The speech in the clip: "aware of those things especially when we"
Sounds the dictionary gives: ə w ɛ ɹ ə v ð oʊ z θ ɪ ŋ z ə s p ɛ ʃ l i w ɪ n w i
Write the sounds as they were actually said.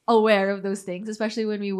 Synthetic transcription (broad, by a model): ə w ɛ ɹ ə v ð oʊ z θ ɪ ŋ z ə s p ɛ ʃ l i w ɪ n w i